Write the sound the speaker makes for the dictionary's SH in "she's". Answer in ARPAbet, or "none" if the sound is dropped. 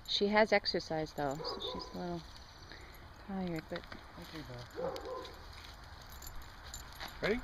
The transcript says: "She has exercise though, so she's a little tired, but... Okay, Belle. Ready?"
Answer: SH